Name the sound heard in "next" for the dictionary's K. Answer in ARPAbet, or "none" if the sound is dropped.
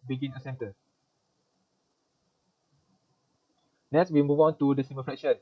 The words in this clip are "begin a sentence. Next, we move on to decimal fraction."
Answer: none